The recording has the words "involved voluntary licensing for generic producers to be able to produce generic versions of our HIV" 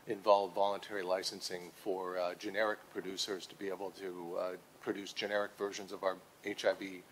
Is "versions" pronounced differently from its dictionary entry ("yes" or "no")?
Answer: no